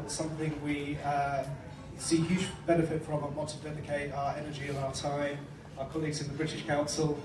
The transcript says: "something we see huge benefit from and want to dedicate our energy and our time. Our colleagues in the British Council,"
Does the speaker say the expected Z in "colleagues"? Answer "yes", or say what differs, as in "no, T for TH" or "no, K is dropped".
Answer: yes